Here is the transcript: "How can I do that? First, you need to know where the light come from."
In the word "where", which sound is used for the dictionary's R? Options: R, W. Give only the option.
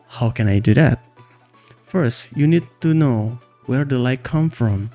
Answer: R